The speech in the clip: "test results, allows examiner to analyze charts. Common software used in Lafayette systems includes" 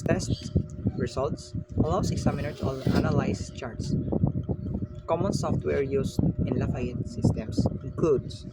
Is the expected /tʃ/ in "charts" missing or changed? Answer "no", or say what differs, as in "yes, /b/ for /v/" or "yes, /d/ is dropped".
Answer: no